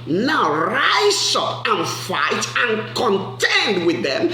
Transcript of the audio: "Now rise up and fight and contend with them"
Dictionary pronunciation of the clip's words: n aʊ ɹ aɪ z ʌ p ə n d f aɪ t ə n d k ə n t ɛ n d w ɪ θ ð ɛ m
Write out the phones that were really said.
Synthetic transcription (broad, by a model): n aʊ ɹ aɪ s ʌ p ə n f aɪ t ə n k ə n t ɛ n d w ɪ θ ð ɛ m